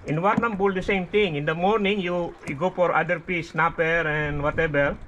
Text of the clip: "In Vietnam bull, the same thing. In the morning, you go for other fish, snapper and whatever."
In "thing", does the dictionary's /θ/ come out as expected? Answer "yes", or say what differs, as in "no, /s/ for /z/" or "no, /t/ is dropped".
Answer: no, /t/ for /θ/